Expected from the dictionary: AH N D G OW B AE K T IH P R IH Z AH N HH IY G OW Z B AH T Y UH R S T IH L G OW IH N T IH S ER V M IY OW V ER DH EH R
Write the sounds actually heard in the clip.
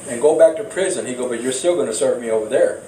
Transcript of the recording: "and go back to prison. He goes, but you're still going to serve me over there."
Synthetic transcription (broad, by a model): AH N G OW B AE K T IH P R IH Z AH N HH IY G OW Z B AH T Y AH R S T IH L G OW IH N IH S ER V M IY OW V ER DH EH R